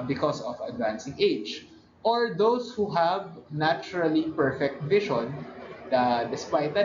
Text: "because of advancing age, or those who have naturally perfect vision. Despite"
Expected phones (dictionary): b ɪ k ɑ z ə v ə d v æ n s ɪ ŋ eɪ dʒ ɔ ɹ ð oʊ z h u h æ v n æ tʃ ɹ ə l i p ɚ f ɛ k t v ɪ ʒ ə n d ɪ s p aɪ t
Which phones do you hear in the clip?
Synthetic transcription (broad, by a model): b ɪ k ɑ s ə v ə d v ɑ n s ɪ ŋ eɪ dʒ ɔ ɹ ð oʊ s h u h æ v n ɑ tʃ ɹ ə l i p ɚ f ɛ k t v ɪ ʃ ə n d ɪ s p aɪ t